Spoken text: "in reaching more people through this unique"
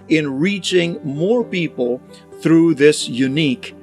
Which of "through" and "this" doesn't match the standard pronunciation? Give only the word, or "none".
none